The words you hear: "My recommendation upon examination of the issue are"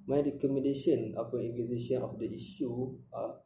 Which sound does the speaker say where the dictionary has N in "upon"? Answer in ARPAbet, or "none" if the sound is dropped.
none